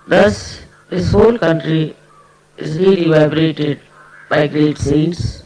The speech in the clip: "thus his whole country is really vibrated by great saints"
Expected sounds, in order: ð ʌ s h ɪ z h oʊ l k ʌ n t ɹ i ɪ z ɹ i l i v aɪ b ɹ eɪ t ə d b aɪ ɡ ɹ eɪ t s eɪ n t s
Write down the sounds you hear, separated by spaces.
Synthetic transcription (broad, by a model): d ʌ s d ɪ s h oʊ l k ʌ n t ɹ i ɪ z ɹ i l i v aɪ b ɹ eɪ t ə d b aɪ ɡ ɹ eɪ t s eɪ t s